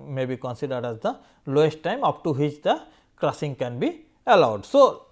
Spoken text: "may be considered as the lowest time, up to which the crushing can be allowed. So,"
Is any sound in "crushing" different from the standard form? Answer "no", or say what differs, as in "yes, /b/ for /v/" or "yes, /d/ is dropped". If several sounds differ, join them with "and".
yes, /s/ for /ʃ/